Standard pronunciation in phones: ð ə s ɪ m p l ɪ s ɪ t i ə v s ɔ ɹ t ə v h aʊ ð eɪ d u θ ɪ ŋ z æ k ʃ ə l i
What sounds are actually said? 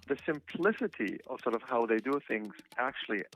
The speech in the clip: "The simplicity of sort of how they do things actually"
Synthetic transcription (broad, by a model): ð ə s ɪ m p l ɪ s ɪ t i ə v s ɔ ɹ t ə v h aʊ ð eɪ d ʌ θ ɪ ŋ z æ k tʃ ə l i